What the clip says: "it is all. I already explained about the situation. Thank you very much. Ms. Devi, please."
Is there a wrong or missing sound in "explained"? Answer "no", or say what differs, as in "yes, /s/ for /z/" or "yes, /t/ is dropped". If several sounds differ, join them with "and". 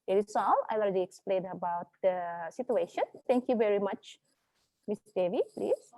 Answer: yes, /d/ is dropped